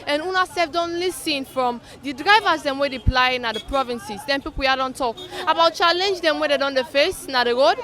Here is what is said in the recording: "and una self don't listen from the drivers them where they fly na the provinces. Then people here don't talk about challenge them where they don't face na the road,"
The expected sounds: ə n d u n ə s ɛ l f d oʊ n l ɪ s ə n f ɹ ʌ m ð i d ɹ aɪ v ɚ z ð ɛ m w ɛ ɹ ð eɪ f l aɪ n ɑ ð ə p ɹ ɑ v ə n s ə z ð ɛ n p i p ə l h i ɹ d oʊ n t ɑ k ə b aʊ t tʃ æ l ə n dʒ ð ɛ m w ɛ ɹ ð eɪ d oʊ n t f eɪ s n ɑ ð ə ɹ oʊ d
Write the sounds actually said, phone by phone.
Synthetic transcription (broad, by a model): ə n u n ə s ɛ f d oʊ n l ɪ s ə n f ɹ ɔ m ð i d ɹ aɪ v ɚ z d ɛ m w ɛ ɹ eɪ p l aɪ n ɑ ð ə p ɹ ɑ v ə n s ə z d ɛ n p i p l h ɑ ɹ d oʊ n t ɑ k ə b aʊ t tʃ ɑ l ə n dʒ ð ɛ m w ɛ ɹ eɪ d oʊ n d f eɪ s n ɑ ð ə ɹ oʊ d